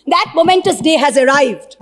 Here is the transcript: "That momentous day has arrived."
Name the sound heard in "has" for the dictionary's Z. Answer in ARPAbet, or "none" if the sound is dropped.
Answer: Z